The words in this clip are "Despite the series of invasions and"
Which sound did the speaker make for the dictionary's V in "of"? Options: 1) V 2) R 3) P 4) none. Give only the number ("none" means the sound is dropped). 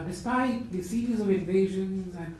1